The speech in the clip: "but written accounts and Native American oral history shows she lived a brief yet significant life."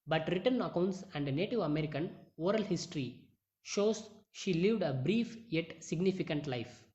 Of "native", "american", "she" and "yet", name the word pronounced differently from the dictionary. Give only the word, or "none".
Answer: none